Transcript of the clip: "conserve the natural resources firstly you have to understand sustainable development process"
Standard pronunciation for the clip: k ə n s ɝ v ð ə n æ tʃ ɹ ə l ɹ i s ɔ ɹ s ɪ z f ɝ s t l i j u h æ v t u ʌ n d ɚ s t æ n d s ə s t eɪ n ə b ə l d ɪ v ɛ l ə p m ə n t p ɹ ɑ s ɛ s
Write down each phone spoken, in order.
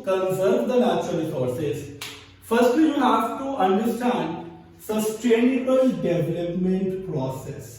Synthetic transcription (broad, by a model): k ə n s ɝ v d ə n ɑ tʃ ə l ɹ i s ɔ ɹ s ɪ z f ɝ s t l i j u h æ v t u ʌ n d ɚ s t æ n d s ə s t eɪ n ə b ə l d ɪ v ɛ l ə p m ə n t p ɹ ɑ s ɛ s